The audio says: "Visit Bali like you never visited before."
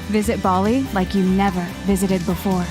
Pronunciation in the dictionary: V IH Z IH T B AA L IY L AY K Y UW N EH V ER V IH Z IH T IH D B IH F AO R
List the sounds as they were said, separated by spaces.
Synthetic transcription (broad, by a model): V IH Z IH T B AA L IY L AY K Y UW N EH V ER V IH Z IH T IH D B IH F AO R